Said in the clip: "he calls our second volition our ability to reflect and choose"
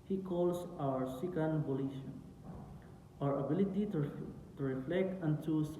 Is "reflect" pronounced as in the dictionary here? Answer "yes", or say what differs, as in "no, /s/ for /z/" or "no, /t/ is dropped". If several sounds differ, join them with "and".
yes